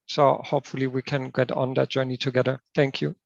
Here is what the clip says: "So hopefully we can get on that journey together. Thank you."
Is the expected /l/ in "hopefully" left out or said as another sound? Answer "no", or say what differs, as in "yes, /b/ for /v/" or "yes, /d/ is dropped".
no